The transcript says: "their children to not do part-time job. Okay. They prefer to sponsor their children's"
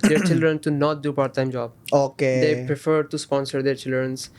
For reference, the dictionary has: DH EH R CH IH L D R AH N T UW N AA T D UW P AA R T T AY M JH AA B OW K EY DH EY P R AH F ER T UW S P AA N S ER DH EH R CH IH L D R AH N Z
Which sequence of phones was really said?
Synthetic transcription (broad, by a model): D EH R CH IH L D R AH N T UW N AA T D UW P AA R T T AY M JH AA B OW K EY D EY P R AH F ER T UW S P AA N S ER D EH R CH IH L D R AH N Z